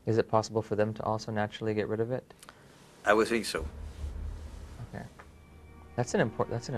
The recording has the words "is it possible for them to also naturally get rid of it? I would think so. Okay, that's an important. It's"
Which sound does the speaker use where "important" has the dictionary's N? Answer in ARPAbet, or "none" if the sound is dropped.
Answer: none